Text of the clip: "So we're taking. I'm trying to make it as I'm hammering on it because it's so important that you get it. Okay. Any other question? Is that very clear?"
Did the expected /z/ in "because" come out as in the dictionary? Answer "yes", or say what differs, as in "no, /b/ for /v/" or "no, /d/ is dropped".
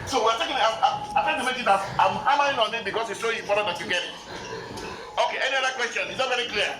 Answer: no, /s/ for /z/